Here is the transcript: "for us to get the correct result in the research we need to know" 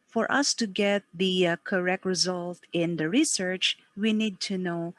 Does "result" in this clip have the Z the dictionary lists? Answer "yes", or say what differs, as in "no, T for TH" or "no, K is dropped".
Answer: yes